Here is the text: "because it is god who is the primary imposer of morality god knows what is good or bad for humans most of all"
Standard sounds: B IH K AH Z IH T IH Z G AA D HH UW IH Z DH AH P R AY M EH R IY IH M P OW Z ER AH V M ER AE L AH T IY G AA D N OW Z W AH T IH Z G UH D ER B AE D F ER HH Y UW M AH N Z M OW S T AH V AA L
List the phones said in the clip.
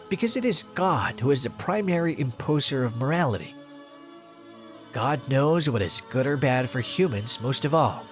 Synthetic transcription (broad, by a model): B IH K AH Z IH T IH Z G AA D HH UW IH Z DH AH P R AY M EH R IY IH M P OW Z ER AH V M ER AE L AH T IY G AA D N OW Z W AH T IH Z G UH D ER B AE D F ER HH Y UW M AH N Z M OW S T AH V AA L